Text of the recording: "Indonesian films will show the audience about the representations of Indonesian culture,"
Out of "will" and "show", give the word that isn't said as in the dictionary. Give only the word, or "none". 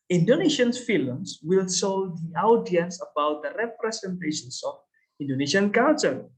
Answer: show